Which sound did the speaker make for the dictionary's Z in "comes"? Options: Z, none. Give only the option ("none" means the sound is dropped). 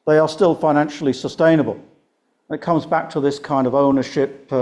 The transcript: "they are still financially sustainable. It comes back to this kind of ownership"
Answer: Z